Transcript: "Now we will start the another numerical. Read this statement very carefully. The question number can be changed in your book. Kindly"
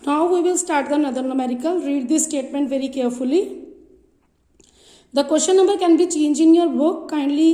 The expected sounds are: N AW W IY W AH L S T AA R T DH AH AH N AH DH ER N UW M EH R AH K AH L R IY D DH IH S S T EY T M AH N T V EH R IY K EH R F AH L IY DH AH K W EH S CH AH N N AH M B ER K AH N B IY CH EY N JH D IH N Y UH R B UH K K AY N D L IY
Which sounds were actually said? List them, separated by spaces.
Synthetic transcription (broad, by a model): N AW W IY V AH L S T AA R T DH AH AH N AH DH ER N UW M EH R AH K AH L R IY D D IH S S T EY T M AH N T V EH R IY K EH R F AH L IY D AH K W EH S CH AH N N AH M B ER K AH N B IY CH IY N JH IH N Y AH R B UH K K AY N D L IY